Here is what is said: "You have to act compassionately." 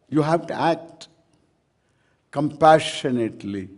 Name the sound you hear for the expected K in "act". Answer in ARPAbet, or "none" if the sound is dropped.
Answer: K